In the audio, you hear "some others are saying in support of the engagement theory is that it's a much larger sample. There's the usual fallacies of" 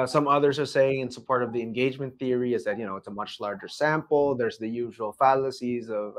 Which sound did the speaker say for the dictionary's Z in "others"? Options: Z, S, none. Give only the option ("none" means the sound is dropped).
Z